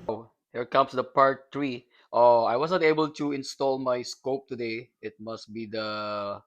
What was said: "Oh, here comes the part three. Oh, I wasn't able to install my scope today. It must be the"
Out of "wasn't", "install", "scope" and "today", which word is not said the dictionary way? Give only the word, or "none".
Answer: wasn't